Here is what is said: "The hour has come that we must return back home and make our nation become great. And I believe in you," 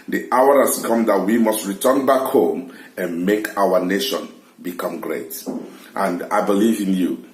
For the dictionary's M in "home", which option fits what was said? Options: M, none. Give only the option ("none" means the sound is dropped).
M